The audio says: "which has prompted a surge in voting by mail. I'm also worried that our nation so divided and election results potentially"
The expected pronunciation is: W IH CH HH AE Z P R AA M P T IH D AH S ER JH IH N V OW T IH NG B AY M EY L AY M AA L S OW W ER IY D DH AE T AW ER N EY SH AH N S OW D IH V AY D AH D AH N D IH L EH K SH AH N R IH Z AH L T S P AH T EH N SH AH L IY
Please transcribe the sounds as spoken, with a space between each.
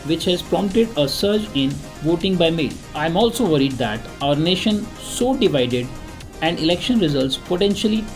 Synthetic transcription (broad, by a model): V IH CH HH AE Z P R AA M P T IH D AH S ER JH IH N V OW T IH NG B AY M EY L AY M AA L S OW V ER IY D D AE T AW ER N EY SH AH N S OW D IH V AY D AH D AH N D IH L EH K SH AH N R IH Z AH L T S P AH T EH N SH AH L IY